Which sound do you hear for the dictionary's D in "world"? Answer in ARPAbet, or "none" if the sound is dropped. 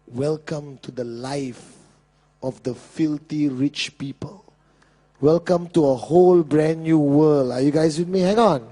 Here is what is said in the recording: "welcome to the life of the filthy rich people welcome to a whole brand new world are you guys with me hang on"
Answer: none